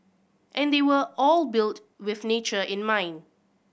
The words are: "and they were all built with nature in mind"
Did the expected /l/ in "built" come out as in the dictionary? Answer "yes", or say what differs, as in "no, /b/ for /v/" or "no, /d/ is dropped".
yes